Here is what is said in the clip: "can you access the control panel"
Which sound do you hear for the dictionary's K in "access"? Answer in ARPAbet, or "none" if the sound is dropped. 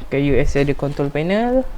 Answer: none